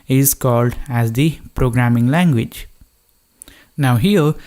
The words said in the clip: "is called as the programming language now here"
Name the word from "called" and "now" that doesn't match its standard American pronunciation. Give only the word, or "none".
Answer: none